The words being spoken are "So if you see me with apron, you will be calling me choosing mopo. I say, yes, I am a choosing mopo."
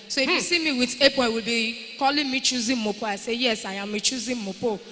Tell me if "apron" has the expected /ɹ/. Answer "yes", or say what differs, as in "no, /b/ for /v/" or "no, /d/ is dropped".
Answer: no, /ɹ/ is dropped